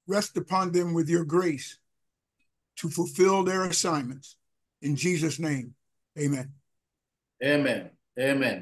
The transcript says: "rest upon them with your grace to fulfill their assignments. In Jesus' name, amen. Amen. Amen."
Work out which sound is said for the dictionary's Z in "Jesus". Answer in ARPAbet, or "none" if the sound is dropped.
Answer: Z